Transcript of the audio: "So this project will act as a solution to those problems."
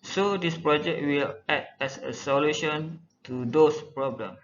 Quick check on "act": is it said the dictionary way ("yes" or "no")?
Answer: no